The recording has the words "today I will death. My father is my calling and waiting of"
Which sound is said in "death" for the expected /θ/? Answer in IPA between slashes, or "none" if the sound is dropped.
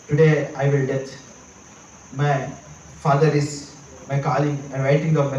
/t/